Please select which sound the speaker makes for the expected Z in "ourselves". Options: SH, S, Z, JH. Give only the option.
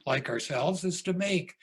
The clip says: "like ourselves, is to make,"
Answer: Z